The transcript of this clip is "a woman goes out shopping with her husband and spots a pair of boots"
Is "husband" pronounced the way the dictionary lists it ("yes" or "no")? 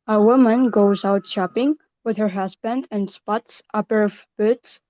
yes